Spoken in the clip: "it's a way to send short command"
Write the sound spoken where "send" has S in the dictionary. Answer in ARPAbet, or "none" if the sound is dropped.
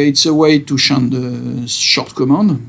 SH